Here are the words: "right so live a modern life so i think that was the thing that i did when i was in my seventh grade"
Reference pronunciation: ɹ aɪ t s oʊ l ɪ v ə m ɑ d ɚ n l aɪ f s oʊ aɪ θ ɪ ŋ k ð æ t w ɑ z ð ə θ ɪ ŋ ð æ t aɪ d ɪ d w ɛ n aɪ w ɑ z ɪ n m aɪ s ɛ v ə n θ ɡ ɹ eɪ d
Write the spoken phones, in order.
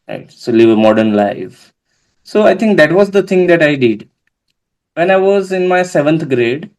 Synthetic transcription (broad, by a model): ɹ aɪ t s oʊ l ɪ v ə m ɑ d ɚ n l aɪ f s oʊ aɪ t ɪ ŋ k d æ t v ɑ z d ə t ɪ ŋ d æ t aɪ d ɪ d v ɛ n aɪ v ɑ z ɪ n m aɪ s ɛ v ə n t ɡ ɹ eɪ d